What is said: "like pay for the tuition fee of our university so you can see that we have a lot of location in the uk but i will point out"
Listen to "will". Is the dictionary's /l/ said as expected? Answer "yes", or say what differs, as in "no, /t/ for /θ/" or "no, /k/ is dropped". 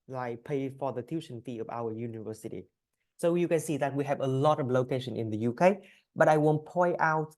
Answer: no, /n/ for /l/